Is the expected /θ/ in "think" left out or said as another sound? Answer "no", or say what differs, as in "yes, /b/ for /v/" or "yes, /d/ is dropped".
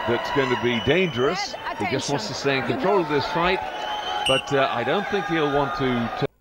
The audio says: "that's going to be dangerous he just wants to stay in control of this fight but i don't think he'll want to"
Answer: no